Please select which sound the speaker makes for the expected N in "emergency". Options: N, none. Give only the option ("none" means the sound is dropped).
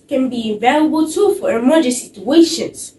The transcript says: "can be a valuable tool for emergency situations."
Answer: none